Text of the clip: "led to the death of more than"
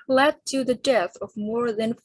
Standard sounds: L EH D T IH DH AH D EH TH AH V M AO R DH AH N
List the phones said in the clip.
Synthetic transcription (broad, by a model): L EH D T IH DH AH D EH TH AH V M AO R DH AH N